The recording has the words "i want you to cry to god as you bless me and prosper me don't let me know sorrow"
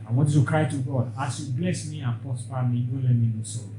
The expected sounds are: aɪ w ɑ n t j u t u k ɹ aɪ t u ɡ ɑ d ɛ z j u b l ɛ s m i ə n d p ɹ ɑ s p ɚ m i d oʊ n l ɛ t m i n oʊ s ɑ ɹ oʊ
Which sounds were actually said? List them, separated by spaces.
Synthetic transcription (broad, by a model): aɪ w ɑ t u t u k ɹ aɪ t u ɡ ɑ d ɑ s j u b l ɛ s m i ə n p ɑ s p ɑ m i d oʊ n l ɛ m i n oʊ s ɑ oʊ